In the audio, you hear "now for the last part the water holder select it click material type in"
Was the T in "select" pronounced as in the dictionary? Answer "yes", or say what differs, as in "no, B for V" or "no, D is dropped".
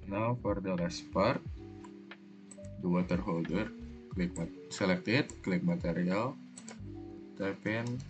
yes